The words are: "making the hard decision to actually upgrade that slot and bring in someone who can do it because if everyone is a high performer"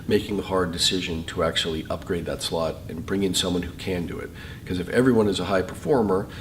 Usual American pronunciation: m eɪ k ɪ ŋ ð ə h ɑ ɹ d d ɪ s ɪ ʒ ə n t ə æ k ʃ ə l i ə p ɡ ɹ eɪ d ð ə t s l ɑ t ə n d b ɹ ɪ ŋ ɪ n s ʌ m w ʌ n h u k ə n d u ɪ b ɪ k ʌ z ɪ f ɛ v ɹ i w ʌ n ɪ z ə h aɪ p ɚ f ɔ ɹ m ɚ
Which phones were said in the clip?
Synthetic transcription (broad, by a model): m eɪ k ɪ ŋ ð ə h ɑ ɹ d d ɪ s ɪ ʒ ə n t ə æ k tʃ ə l i ə p ɡ ɹ eɪ d ð ə t s l ɑ t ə n b ɹ ɪ ŋ ɪ n s ʌ m w ʌ n h u k ə n d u ɪ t k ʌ z ɪ f ɛ v ɹ i w ʌ n ɪ z ə h aɪ p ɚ f ɔ ɹ m ɚ